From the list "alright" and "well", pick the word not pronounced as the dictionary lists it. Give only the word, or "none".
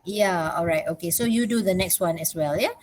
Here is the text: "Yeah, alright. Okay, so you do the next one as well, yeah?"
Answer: none